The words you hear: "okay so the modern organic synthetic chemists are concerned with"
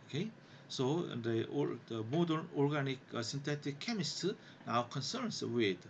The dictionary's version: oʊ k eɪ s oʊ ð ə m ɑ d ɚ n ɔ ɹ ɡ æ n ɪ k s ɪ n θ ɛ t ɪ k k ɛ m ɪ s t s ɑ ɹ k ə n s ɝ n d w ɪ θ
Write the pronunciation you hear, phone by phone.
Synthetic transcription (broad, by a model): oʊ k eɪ s oʊ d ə m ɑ d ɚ n ɔ ɹ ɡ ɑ n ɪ k s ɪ n t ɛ t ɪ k k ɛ m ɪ s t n ɑ w k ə n s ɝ n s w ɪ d